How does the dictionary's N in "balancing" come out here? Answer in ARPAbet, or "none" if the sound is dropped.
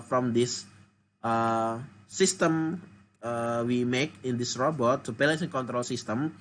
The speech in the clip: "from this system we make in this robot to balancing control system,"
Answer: none